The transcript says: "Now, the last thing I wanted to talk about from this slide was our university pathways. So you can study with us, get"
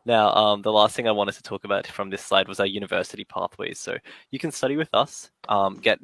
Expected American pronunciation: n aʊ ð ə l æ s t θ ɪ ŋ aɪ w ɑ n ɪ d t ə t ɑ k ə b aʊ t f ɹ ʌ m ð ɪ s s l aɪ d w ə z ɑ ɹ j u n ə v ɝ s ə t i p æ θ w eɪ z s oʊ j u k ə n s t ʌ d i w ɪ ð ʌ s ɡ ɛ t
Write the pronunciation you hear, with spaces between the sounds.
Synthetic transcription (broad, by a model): n aʊ ð ə l æ s t θ ɪ ŋ aɪ w ɑ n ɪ d t ə t ɑ k ə b aʊ t f ɹ ʌ m ð ɪ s s l aɪ d w ə z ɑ j u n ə v ɝ s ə t i p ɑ θ w eɪ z s oʊ j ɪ k ə n s t ʌ d i w ɪ ð ʌ s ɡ ɛ t